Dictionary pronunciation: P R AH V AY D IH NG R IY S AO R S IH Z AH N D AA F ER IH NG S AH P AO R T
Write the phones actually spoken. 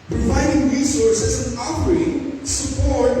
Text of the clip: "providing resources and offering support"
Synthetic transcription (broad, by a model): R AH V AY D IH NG R IY S AO R S IH Z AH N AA P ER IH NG S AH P AO R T